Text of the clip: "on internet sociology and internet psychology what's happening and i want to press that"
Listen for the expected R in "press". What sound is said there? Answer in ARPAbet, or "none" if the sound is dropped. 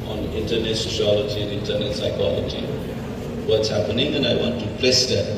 L